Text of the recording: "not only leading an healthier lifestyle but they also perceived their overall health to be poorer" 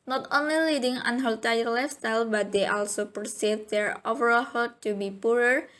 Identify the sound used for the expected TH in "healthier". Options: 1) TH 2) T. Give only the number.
2